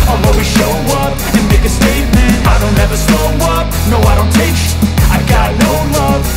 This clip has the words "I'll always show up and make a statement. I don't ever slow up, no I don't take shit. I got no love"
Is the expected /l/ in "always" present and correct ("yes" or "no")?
no